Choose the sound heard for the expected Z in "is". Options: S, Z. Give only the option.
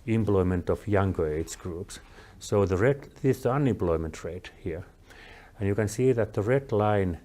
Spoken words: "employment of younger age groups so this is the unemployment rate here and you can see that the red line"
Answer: S